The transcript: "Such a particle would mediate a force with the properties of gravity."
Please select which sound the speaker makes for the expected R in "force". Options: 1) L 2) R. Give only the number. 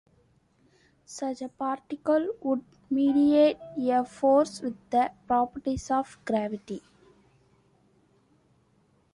2